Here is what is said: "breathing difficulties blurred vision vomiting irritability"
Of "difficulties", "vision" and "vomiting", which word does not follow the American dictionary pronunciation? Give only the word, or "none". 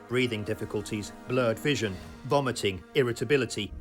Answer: none